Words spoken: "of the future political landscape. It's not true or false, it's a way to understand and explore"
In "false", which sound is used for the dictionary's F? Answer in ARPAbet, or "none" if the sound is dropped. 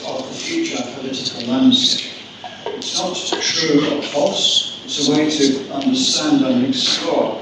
P